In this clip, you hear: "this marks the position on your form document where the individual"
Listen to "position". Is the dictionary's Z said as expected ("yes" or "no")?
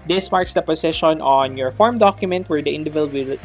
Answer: no